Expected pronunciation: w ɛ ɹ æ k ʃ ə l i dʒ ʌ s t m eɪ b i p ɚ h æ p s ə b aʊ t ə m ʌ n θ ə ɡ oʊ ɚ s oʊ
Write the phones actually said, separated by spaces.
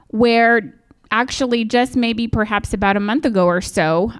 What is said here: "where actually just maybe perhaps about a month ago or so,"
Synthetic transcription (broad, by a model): w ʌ ɹ æ k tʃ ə l i dʒ ʌ s t m eɪ b i p ɚ h æ p s ə b aʊ t ə m ʌ n θ ə ɡ oʊ ɚ s oʊ